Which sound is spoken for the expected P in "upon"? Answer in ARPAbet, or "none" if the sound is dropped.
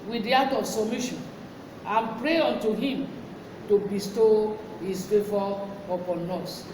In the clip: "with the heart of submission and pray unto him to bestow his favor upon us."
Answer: P